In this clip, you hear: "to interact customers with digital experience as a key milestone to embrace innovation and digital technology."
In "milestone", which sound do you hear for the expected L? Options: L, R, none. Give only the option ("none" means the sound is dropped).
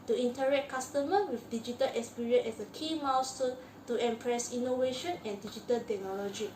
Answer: none